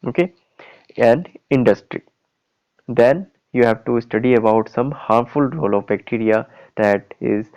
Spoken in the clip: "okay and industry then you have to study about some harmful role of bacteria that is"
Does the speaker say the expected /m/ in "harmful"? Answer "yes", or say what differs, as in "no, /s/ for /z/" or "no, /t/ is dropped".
yes